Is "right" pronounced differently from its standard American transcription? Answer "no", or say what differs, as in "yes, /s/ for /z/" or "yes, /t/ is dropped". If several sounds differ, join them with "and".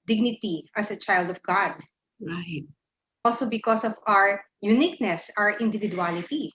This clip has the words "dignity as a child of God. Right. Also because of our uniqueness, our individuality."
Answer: yes, /w/ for /ɹ/